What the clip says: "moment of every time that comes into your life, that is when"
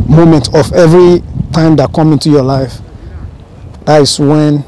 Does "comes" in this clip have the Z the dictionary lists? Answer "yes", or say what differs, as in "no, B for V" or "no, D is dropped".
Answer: no, Z is dropped